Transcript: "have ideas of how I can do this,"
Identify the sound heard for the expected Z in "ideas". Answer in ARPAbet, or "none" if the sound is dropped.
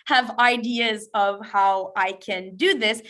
Z